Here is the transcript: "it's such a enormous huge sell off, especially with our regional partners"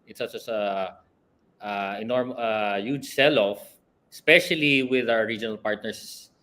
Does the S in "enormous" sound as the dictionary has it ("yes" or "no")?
no